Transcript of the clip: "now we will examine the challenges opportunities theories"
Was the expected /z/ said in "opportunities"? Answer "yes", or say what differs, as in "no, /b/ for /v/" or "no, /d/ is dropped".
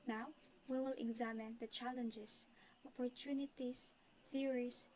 no, /s/ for /z/